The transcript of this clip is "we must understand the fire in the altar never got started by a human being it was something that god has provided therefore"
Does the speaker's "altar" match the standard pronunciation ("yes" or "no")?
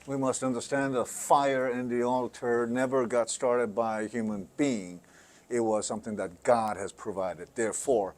yes